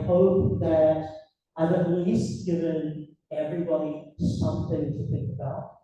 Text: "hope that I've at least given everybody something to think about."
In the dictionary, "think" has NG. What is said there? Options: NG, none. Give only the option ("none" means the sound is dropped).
NG